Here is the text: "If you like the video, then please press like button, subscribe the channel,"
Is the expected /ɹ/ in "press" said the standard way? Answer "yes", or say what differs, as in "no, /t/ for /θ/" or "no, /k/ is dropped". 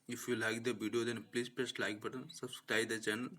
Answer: no, /l/ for /ɹ/